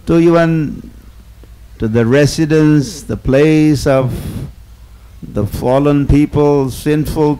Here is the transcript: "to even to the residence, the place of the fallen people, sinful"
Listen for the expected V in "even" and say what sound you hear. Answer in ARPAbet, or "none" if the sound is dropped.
W